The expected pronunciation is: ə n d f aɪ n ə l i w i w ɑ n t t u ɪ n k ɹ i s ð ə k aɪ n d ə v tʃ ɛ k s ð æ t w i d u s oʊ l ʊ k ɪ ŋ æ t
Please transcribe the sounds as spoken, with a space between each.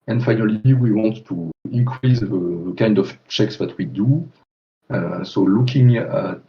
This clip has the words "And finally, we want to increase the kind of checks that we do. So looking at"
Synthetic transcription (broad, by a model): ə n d f aɪ n ə l i w i w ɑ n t t u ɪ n k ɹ i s ð ə k aɪ n d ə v tʃ ɛ k s ð æ t w i d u s oʊ l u k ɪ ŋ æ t